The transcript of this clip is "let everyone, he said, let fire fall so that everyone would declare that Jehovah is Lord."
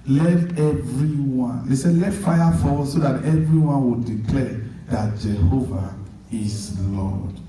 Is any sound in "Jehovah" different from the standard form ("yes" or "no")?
no